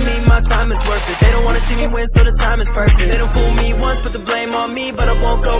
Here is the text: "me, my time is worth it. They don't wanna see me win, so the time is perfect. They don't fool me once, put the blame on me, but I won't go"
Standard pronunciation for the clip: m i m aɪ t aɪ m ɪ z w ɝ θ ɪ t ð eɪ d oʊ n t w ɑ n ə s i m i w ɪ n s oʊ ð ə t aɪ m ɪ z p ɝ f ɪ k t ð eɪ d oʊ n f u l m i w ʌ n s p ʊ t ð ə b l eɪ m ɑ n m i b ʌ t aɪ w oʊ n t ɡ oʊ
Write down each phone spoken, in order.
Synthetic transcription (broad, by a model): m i m aɪ t aɪ m ɪ z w ɝ f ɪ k ð eɪ d oʊ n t w ɑ n ə s i m i w ɪ n s oʊ ð ə t aɪ m ɪ z p ɝ f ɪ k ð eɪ d oʊ n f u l m i w ʌ n s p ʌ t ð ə b l eɪ m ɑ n m i b ʌ t aɪ w oʊ n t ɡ oʊ